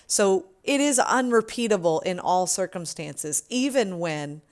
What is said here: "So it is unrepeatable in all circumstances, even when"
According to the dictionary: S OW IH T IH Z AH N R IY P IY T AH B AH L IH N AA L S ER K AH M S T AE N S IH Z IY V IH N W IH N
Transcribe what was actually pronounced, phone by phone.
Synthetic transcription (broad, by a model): S OW IH T IH Z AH N R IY P IY T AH B L IH N AA L S ER K AH M S T AE N S IH Z IY V IH N W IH N